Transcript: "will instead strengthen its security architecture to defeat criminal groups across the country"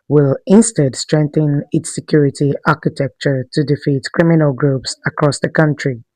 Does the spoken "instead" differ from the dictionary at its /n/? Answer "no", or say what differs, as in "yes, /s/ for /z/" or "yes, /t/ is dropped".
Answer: no